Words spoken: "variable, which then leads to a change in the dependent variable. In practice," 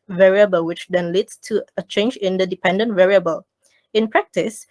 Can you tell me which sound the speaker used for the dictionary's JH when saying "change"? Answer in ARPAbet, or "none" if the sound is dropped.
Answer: JH